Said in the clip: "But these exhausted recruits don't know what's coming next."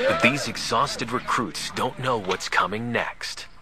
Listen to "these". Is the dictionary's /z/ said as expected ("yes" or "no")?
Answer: yes